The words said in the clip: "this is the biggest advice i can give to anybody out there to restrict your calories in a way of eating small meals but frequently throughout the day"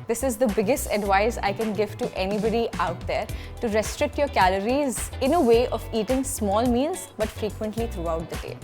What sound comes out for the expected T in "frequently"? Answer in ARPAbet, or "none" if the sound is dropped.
T